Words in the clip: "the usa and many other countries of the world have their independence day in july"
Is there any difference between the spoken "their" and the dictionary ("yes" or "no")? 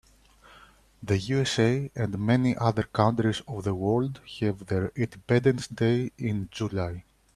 no